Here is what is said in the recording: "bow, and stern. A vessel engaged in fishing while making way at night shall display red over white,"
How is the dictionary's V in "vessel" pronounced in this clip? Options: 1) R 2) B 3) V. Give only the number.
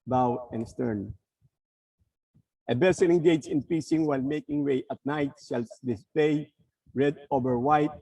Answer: 2